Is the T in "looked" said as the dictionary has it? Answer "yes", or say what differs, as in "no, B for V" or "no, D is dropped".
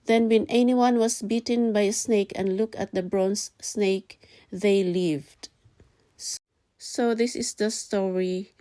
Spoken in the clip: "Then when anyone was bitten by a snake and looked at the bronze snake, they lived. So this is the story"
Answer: no, T is dropped